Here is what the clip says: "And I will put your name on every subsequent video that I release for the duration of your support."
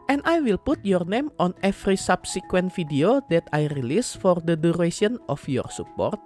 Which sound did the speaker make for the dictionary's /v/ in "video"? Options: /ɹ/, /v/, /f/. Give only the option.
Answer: /f/